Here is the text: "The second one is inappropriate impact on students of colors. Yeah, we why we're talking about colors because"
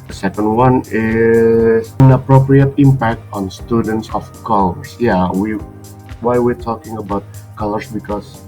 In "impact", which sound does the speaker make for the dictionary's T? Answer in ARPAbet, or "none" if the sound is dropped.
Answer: T